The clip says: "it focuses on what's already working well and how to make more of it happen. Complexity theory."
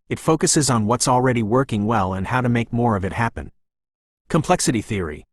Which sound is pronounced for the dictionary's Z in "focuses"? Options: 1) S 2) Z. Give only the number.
2